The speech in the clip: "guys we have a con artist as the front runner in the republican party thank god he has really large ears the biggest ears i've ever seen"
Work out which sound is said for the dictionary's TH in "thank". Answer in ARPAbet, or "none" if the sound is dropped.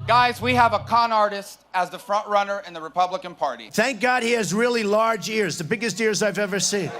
TH